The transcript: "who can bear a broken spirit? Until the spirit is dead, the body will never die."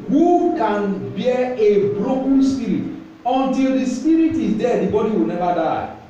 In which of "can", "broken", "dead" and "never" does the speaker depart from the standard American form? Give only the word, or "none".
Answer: never